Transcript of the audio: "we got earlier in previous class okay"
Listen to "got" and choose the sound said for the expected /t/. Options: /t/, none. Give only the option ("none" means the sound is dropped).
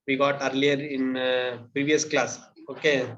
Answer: /t/